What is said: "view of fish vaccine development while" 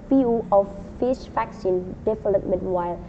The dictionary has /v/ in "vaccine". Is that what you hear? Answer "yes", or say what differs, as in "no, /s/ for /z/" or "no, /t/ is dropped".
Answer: no, /f/ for /v/